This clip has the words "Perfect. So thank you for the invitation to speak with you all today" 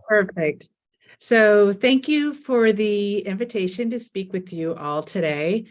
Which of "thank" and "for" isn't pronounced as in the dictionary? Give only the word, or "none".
none